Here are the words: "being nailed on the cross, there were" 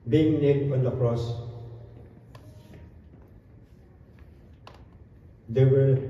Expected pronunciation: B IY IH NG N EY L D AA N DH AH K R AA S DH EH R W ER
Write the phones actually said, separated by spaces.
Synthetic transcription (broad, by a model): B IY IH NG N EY D AA N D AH K R AA S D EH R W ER